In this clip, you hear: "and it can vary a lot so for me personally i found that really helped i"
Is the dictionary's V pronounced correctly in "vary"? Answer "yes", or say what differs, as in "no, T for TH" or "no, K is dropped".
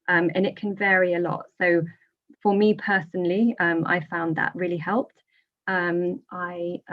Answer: yes